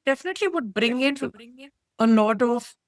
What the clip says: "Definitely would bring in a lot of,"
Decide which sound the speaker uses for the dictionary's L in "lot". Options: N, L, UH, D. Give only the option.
N